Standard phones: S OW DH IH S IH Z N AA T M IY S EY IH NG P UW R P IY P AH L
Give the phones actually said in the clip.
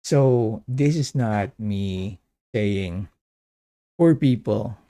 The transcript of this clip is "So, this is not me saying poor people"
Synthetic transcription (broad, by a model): S OW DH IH S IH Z N AA T M IY S EY IH NG F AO R P IY P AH L